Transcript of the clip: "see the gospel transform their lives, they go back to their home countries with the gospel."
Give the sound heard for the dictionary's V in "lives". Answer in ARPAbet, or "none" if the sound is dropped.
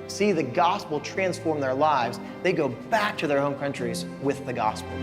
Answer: V